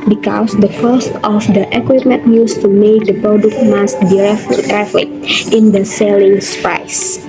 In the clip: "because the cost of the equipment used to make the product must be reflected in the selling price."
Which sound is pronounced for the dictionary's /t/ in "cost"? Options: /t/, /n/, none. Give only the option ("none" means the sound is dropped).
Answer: /t/